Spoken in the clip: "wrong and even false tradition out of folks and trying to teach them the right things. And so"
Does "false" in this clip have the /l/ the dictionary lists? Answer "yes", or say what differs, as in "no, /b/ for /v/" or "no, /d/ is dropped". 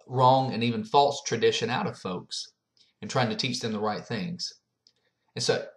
yes